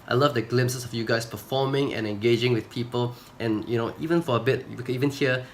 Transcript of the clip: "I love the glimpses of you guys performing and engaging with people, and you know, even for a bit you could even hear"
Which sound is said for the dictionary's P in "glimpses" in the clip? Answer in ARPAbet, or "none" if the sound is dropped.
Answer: none